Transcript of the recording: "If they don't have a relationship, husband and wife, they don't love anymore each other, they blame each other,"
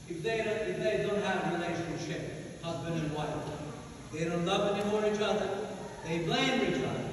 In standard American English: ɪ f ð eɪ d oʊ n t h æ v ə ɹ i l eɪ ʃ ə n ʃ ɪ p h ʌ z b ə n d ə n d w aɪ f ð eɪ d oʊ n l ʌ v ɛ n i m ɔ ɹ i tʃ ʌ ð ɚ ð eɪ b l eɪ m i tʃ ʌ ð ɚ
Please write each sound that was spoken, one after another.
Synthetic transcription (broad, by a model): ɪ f ð eɪ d oʊ n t h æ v ə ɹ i l eɪ ʃ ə n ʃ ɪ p h ʌ z b ə n d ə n w aɪ f ð eɪ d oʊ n l ʌ v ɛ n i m ɔ ɹ i tʃ ʌ ð ɚ ð eɪ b l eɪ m i tʃ ʌ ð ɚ